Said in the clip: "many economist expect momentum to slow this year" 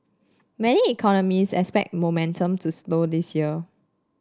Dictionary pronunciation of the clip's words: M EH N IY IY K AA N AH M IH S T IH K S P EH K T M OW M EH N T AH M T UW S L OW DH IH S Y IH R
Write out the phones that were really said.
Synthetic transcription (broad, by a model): M EH N IY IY K AA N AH M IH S IH K S P EH K T M OW M EH N T AH M T UW S L OW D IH S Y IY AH